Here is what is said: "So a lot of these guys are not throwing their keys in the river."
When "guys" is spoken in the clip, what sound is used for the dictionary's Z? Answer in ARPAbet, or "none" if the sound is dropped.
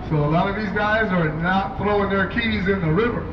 Z